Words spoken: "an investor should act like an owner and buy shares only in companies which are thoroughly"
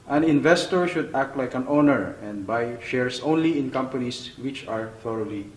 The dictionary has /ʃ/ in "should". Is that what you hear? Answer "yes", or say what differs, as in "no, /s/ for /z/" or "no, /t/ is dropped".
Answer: yes